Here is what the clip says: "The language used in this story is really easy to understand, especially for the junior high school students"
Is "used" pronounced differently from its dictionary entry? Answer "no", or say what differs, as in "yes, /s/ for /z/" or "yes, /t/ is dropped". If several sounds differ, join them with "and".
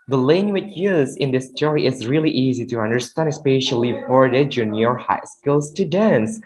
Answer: yes, /d/ is dropped